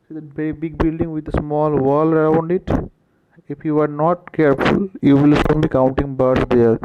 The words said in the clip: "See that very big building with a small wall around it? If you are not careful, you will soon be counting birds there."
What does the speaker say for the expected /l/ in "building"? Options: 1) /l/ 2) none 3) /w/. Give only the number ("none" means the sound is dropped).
1